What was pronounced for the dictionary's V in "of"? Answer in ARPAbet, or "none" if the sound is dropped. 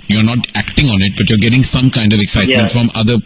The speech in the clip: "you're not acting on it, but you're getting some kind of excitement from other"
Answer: V